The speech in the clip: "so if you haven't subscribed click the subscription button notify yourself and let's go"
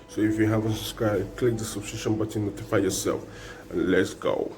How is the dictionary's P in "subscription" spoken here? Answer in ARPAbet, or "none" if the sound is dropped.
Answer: none